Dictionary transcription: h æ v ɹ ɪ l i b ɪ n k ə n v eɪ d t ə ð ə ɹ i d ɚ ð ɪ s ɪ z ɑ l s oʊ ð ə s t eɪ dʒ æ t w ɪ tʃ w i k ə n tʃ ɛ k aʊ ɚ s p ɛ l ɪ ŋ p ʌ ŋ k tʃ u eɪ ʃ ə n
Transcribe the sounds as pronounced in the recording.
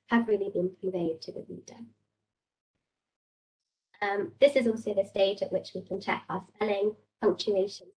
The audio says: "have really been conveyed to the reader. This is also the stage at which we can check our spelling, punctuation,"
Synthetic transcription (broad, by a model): h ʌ v ɹ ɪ l i b ɪ n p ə v eɪ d t ə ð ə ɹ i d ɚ ð ɪ s ɪ z ɑ l s oʊ ð ə s t eɪ dʒ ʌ t w ɪ tʃ w i k ə n tʃ ɛ k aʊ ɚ s p ɛ l ɪ ŋ p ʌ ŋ k tʃ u eɪ ʃ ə n